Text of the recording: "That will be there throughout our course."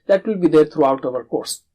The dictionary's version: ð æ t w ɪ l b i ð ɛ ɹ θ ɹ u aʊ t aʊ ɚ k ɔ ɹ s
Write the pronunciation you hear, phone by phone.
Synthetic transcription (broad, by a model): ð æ t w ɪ l b i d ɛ ɹ t ɹ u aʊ t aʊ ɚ k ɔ ɹ s